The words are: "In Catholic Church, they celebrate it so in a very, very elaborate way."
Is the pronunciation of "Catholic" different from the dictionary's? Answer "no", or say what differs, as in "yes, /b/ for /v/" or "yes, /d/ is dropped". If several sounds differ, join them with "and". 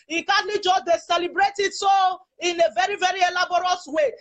yes, /t/ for /θ/